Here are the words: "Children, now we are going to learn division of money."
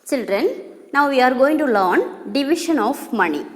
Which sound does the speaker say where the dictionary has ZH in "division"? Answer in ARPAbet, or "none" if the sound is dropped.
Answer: SH